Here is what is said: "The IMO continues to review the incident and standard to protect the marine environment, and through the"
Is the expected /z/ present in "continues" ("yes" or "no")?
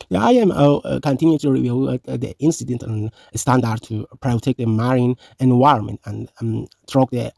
no